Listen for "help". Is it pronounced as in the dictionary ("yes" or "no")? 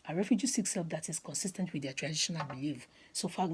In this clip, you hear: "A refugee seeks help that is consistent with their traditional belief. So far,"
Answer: no